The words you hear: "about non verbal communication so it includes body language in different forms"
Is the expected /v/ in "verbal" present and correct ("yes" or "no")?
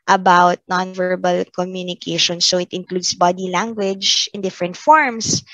yes